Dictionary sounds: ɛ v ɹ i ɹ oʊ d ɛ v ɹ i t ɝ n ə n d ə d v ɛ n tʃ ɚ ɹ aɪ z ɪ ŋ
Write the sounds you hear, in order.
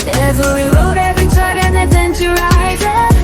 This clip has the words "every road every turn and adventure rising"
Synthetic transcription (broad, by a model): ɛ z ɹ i l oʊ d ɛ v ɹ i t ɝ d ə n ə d ɛ n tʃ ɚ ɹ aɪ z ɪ